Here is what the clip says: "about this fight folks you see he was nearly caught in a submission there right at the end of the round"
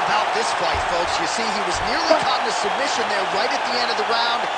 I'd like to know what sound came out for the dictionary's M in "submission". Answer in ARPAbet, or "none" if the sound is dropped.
M